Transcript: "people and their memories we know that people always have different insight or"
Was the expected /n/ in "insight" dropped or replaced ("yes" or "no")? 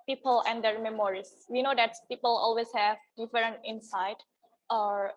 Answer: no